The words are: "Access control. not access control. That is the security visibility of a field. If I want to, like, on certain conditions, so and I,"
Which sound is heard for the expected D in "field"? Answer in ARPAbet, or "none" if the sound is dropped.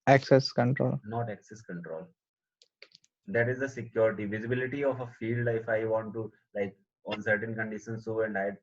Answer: D